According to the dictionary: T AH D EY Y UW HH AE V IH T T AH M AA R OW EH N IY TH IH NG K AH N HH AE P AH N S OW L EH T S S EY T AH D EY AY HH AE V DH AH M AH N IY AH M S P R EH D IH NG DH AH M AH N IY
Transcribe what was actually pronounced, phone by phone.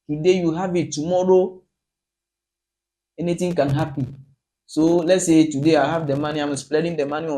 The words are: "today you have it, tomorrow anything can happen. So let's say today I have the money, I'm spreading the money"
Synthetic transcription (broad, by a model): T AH D EY Y UW HH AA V IH T T AH M AA R OW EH N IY T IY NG K AH N HH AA P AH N S OW L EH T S S EY T AH D EY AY HH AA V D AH M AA N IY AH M S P L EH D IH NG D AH M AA N IY